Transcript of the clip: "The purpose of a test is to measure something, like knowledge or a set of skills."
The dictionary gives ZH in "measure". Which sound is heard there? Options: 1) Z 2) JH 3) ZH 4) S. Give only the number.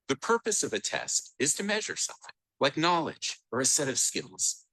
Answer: 3